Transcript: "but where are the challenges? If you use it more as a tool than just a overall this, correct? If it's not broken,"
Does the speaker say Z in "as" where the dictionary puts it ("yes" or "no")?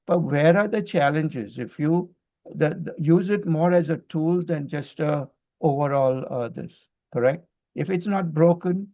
yes